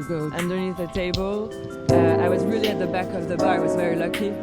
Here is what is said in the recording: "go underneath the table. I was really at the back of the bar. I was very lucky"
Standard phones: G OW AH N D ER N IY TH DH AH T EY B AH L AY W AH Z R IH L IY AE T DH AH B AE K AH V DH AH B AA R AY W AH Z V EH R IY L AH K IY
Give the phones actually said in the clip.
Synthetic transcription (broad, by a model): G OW AH N D ER N IY TH DH AH T EY B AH L AY W AH Z R IH L IY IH T DH AH B AE K AH V DH AH B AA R W AH Z V EH R IY L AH K IY